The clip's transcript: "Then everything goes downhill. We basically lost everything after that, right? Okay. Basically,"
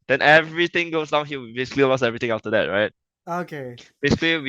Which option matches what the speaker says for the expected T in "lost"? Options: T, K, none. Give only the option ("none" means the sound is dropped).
none